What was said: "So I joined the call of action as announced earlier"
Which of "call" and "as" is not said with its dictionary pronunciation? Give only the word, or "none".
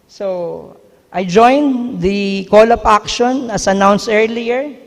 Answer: as